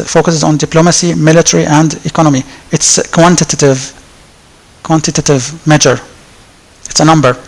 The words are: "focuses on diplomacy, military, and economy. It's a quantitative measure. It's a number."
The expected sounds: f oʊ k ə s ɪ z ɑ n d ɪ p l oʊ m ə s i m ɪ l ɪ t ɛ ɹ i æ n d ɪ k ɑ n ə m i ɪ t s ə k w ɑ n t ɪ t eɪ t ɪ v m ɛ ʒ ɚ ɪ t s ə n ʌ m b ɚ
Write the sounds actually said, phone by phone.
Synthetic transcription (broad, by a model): f oʊ k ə s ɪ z ɑ n d ɪ p l oʊ m ə s i m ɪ l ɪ t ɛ ɹ i æ n d ɪ k ɑ n ə m i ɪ t s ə k w ɑ n t ɪ t eɪ t ɪ v m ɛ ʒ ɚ ɪ t s ə n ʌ m b ɚ